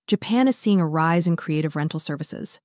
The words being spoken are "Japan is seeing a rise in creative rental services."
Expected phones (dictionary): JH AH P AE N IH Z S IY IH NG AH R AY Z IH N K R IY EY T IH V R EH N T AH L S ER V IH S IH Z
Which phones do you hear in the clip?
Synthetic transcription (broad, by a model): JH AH P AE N IH Z S IY IH NG AH R AY Z IH N K R IY EY T IH V R EH N T L S ER V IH S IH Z